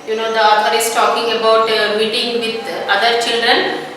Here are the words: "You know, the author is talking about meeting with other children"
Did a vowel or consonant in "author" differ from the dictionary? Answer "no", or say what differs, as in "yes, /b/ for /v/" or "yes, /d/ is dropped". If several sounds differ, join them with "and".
yes, /f/ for /θ/